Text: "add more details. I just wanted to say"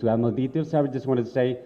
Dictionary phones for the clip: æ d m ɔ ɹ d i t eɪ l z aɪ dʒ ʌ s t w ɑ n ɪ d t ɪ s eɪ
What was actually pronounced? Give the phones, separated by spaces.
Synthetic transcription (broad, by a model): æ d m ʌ l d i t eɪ l s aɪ dʒ ʌ s t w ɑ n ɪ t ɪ s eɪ